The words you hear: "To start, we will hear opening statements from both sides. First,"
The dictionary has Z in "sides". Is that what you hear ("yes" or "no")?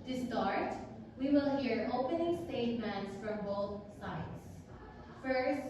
no